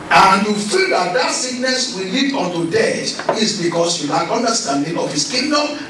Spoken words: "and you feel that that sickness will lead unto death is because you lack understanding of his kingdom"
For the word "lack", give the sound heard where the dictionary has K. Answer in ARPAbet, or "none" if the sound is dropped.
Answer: none